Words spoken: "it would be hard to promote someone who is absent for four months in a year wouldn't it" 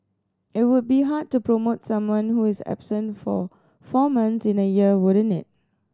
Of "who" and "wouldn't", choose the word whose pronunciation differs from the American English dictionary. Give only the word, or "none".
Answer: wouldn't